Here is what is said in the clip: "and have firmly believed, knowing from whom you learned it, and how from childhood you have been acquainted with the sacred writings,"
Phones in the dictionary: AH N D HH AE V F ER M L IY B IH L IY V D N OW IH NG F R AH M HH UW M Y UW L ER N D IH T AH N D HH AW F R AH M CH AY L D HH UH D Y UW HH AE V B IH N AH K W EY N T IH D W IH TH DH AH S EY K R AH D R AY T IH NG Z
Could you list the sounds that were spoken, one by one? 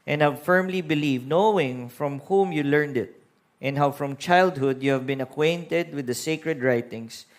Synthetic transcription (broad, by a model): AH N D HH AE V F ER M L IY B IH L IY V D N OW IH NG F R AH M HH UW M Y UW L ER N D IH T AH N D HH AW F R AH M CH AY L D HH UH D Y UW HH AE V B IH N AH K W EY N T IH D W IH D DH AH S EY K R AH D R AY T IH NG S